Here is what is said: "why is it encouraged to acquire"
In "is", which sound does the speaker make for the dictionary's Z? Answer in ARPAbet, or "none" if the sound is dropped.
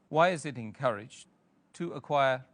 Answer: Z